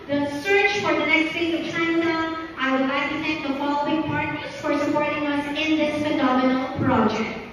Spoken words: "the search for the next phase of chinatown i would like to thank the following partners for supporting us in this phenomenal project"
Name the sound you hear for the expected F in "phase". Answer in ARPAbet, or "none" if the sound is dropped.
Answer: P